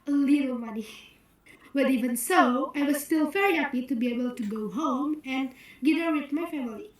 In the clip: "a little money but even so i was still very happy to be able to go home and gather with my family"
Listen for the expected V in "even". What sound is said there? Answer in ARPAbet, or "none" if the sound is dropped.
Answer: V